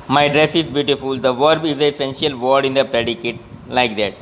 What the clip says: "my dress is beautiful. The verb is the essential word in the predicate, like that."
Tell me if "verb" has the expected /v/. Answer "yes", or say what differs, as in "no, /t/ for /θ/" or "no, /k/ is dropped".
yes